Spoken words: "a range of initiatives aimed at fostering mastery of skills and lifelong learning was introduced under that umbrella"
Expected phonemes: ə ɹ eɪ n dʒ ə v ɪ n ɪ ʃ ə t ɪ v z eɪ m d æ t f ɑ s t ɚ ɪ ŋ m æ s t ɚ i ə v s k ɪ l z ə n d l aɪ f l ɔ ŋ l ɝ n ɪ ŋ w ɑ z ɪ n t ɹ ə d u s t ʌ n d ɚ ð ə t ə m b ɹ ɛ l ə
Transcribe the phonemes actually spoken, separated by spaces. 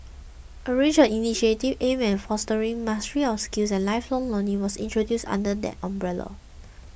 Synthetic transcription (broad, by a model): ə ɹ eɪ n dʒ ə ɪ n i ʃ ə t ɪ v eɪ m ɛ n f ɑ s t ɚ ɪ ŋ m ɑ s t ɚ i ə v s k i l s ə n l aɪ f l ɔ ŋ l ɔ n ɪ w ɑ s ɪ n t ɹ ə d u s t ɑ n d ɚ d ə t ə m b ɹ ɛ l ə